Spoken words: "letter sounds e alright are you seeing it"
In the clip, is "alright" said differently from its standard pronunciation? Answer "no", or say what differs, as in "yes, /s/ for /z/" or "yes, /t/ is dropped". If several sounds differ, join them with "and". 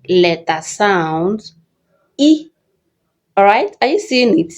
yes, /l/ is dropped